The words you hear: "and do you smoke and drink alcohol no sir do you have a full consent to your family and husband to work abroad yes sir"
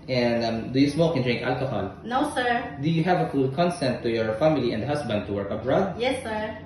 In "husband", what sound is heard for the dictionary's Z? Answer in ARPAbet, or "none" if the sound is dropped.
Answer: S